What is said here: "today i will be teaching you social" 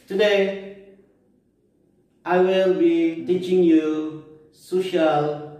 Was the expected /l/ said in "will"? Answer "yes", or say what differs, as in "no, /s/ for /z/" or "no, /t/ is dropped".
yes